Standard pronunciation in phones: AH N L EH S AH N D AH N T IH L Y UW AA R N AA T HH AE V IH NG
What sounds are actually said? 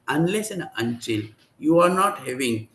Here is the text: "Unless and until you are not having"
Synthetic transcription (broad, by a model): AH N L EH S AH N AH N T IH L Y UW AA R N AA T HH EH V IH NG